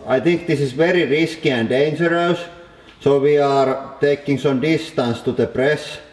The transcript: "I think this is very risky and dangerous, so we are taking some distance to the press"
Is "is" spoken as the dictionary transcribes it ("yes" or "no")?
no